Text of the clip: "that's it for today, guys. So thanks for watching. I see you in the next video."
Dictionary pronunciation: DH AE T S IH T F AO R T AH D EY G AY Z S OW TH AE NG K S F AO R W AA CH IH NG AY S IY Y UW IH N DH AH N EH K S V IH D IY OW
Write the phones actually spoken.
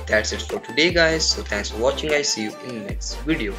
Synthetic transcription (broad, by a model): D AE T S IH T F AO R T AH D EY G AY Z S OW T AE NG K S F AO R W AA CH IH NG AY S IY Y UW IH N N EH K S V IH D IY OW